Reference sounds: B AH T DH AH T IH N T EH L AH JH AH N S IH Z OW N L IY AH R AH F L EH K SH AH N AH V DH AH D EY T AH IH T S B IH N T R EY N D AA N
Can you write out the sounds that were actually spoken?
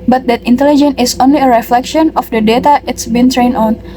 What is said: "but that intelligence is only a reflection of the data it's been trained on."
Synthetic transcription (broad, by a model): B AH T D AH T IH N T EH L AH JH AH N IH S OW N L IY AH R AH F L EH K SH AH N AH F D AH D EY T AH IH T S B IH N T R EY N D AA N